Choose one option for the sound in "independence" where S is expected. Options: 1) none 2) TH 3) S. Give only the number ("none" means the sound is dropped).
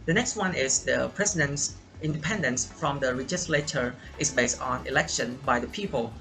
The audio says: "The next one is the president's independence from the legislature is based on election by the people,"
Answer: 3